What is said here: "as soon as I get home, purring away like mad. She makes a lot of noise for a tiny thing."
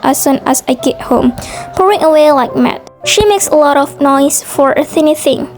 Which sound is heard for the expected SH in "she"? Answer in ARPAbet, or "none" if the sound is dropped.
SH